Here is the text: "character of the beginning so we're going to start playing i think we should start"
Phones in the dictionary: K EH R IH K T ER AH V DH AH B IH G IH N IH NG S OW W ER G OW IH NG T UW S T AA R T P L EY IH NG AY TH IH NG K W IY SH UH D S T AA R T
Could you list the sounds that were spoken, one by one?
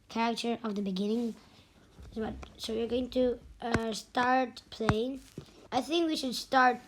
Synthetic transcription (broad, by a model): K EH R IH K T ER AH V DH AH B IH G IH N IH NG S OW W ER G OW IH NG T UW S T AA R T P L EY IH NG AY TH IH NG K W IY SH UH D S T AA R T